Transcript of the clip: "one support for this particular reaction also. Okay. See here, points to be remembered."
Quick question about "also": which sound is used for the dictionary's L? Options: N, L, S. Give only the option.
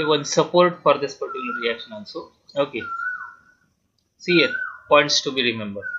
N